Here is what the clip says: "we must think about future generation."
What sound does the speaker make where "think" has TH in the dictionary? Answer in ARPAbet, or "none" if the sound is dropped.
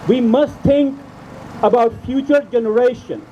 T